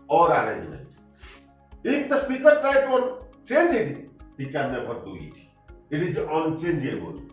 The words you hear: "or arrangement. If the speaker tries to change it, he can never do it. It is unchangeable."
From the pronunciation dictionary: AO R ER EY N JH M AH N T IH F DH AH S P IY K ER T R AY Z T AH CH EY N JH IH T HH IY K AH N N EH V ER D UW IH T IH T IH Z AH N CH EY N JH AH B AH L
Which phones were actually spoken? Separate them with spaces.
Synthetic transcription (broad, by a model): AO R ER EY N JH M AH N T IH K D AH S P IY K ER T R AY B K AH CH EY N JH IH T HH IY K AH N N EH P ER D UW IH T IH T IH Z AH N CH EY N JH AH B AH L